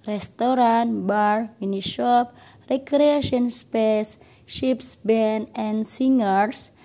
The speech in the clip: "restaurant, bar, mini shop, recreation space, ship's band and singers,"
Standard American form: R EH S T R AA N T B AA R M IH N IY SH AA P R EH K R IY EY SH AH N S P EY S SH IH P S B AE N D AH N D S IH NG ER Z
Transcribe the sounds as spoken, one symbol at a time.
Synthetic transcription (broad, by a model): R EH S T R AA N B AA R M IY N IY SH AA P R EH K R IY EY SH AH N S P EY S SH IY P S B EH N AH N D S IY NG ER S